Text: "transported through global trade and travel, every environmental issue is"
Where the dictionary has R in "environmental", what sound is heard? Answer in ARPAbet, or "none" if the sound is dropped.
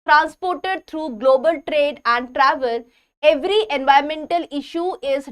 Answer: none